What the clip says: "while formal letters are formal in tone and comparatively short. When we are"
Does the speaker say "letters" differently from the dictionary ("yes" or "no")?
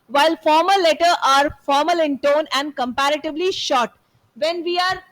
yes